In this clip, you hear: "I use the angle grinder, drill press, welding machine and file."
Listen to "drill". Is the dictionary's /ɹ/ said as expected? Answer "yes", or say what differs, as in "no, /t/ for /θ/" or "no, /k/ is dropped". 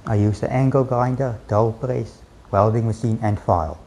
no, /ɹ/ is dropped